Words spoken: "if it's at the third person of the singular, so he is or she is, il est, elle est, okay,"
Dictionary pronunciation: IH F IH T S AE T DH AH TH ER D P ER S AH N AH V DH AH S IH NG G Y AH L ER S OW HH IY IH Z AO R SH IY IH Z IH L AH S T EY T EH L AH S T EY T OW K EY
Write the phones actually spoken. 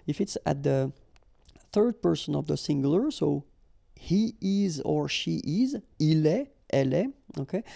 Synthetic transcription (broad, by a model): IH F IH T S AE T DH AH TH ER D P ER S AH N AH V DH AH S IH NG G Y L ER S OW HH IY IH Z AO R SH IY IH Z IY L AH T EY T EH L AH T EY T OW K EY